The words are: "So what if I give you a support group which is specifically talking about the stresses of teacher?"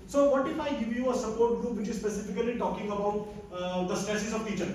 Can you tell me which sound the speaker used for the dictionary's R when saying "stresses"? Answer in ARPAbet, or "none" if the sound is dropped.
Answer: none